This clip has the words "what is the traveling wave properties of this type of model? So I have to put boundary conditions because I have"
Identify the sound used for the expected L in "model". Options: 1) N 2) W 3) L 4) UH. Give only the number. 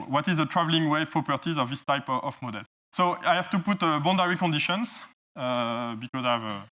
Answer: 3